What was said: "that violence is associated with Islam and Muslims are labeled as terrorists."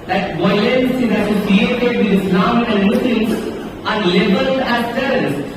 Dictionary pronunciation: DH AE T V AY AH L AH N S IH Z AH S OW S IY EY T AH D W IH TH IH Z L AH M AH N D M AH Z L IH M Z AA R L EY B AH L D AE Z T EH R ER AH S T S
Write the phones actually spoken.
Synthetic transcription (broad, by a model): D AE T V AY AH L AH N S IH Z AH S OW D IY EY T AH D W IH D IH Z N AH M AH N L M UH S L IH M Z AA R L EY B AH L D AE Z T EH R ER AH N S